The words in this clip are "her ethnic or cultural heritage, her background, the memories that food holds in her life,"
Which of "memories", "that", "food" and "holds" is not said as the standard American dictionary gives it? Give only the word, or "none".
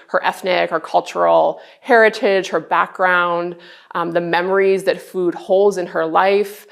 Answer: none